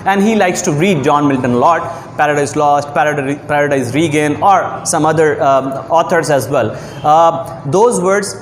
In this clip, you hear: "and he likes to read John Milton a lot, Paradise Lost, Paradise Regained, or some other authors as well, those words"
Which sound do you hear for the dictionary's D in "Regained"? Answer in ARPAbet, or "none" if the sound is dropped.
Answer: none